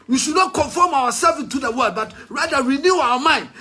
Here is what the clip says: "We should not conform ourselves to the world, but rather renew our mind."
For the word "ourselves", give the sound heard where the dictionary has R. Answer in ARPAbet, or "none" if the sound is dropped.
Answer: W